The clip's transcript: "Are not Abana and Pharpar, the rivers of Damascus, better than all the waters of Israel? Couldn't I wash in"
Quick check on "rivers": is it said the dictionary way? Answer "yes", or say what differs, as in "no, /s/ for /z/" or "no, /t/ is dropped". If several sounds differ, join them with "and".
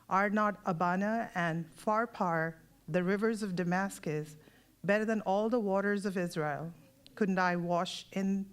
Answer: yes